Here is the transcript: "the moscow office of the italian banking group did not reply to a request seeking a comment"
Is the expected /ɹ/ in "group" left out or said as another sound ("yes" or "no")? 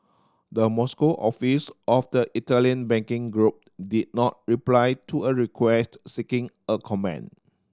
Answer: no